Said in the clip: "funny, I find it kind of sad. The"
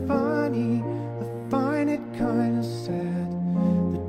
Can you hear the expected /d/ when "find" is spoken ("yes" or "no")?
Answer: no